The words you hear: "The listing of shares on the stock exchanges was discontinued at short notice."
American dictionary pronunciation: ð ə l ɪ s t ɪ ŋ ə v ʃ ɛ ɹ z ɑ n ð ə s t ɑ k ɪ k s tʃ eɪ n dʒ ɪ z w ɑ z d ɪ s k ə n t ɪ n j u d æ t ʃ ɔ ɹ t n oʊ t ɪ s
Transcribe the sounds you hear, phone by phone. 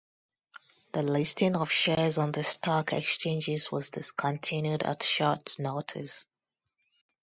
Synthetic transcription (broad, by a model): ð ə l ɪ s t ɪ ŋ ə v ʃ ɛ z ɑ n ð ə s t ɑ k ɪ k s tʃ eɪ n dʒ ɪ z w ɑ z d ɪ s k ə n t ɪ n j u d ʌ t ʃ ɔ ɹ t n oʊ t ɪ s